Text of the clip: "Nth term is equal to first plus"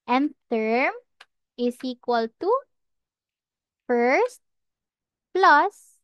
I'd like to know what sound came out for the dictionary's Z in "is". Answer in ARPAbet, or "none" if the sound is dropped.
S